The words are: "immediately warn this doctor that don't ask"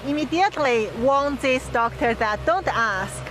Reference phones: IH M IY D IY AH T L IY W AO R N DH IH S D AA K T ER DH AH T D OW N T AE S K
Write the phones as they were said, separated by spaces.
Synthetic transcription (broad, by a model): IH M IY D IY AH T L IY W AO L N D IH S D AA K T ER DH AH T D OW N T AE S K